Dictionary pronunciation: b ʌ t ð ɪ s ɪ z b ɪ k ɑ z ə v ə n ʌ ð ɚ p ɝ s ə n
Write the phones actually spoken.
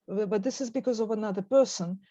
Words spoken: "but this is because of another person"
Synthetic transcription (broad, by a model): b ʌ t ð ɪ s ɪ z b ɪ k ɑ z ə v ə n ʌ ð ɚ p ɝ s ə n